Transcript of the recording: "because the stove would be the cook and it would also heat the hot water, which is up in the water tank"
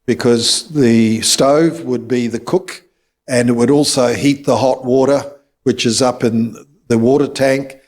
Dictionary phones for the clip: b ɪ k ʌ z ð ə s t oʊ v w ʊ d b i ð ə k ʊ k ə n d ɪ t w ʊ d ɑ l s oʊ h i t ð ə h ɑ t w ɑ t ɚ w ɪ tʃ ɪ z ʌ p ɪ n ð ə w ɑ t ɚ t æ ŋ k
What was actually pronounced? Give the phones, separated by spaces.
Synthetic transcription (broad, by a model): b ɪ k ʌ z ð ə s t oʊ v w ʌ d b i ð ə k ʊ k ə n ɪ t w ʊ d ɑ l s oʊ h i t ð ə h ɑ t w ɑ t ɚ w ɪ tʃ ɪ z ʌ p ɪ n ð ə w ɑ t ɚ t æ ŋ k